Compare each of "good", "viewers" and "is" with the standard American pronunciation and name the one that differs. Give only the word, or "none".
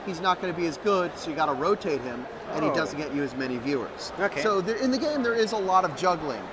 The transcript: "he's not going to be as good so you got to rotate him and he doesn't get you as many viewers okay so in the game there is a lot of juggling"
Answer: none